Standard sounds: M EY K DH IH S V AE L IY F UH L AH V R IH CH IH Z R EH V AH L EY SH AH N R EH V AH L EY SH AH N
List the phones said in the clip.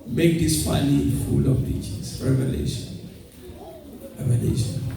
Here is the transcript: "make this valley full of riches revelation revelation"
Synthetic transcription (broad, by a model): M EY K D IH S P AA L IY F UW L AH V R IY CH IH S R EH V AH L EY SH AH N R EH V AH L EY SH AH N